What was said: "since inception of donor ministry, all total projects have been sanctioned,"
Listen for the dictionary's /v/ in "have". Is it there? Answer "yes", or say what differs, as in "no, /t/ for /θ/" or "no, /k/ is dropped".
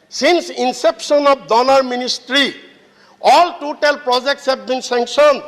no, /b/ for /v/